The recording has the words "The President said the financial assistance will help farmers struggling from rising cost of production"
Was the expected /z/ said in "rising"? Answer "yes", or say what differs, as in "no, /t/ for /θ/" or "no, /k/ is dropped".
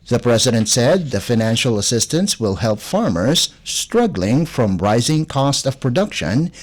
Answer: yes